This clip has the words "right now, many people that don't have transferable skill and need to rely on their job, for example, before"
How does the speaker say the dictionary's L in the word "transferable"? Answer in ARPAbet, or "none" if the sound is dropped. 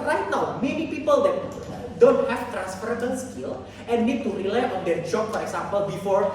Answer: N